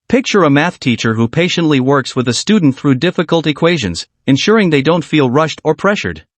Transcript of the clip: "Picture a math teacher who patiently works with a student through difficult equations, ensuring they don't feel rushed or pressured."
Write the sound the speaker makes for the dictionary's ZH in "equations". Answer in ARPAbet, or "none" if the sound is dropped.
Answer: ZH